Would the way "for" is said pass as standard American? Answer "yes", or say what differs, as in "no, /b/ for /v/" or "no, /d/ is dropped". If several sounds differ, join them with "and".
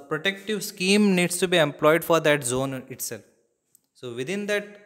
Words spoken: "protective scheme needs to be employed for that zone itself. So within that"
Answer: yes